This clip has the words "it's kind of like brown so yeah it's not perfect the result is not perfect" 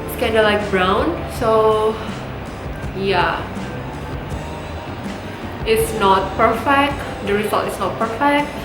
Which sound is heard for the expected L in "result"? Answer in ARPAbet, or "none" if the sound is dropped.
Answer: none